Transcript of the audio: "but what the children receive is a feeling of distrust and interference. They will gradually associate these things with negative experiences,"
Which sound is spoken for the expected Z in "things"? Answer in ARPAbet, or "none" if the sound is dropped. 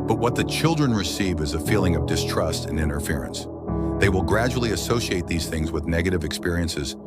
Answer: Z